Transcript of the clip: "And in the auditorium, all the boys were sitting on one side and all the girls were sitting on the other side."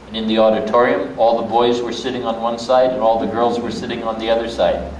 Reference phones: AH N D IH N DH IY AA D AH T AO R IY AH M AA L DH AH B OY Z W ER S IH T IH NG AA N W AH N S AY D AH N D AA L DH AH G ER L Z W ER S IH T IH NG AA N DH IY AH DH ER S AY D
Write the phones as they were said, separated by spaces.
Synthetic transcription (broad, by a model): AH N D IH N DH IY AA D AH T AO R IY AH M AA L DH AH B OY Z W ER S IH T IH NG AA N W AH N S AY D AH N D AA L DH AH G ER L Z W ER S IH T IH NG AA N DH IY AH DH ER S AY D